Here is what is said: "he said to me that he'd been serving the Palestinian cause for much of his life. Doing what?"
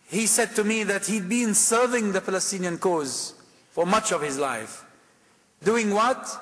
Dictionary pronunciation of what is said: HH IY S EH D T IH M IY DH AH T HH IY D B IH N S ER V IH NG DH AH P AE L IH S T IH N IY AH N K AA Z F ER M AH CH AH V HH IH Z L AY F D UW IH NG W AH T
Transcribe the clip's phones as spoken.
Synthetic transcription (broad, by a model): HH IY S EH D T IH M IY DH AH T HH IY D B IH N S ER V IH NG DH AH P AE L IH S T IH N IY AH N K AA Z F ER M AH CH AH V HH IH Z L AY F D UW IH NG W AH T